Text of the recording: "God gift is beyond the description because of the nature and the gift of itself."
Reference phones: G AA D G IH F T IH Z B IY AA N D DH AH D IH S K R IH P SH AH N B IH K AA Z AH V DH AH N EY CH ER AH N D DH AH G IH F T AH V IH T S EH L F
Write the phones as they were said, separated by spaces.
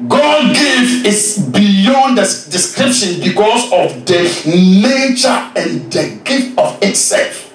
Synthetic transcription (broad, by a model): G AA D G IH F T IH S B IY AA N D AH D IH S K R IH P SH AH N B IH K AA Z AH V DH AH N EY CH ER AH N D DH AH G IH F T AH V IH T S EH L F